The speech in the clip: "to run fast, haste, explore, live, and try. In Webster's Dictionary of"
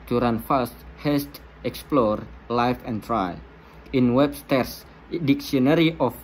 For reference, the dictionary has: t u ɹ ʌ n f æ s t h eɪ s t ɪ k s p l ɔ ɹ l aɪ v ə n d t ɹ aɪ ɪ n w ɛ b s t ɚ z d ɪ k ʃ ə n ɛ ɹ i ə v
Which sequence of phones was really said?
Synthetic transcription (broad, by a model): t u ɹ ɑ n f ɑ s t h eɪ s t ɪ k s p l ɔ ɹ l aɪ f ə n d t ɹ aɪ ɪ n w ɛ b s t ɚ s d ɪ k s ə n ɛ ɹ i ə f